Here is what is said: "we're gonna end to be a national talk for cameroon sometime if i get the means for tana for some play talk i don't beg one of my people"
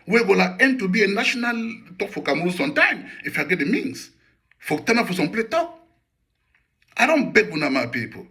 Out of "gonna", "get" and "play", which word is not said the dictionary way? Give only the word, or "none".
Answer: gonna